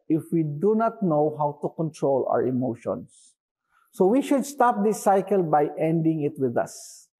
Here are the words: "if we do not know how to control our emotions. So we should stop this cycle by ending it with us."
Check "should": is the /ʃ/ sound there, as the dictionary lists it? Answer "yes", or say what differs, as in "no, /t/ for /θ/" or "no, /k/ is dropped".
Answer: yes